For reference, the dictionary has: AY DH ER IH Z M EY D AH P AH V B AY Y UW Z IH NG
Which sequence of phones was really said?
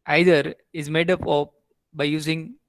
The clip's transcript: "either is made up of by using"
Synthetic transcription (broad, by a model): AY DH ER IH Z M EY D AH P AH P B AY Y UW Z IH NG